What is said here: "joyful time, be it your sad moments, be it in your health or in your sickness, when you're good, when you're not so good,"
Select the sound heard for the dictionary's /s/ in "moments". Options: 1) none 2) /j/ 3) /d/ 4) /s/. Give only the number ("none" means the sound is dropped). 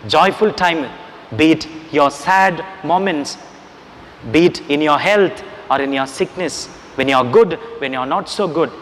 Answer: 4